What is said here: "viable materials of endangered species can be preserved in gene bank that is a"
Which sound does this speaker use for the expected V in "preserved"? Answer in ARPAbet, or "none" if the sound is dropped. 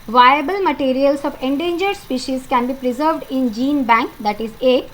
V